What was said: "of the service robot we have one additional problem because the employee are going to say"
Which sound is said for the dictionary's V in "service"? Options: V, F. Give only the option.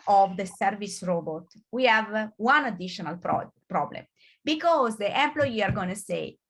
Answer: V